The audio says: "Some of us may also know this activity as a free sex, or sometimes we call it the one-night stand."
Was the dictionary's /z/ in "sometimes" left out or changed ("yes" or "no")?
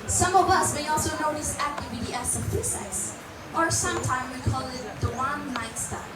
yes